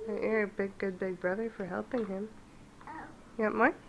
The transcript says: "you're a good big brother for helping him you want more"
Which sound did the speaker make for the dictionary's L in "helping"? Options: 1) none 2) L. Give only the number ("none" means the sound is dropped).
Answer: 2